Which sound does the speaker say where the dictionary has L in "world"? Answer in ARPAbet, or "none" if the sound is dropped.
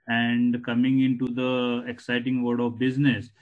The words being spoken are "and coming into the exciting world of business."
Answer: none